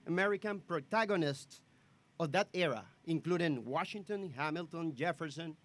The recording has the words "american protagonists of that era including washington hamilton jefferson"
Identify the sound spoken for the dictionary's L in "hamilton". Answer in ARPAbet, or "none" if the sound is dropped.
L